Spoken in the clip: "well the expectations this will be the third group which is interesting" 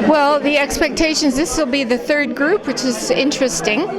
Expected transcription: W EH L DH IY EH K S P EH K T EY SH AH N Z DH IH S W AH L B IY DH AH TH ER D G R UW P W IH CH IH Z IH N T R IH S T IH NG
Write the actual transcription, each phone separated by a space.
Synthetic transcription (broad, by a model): W EH L DH IY EH K S P EH K T EY SH AH N Z DH IH S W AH L B IY DH AH TH ER D G R UW P W IH CH IH Z IH N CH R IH S T IH NG